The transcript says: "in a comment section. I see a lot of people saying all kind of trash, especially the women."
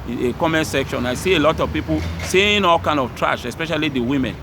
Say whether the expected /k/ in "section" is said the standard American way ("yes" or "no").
yes